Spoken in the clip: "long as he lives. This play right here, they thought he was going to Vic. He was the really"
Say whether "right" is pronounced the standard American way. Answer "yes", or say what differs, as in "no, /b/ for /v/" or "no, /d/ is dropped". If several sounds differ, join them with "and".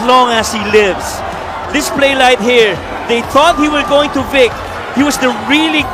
no, /l/ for /ɹ/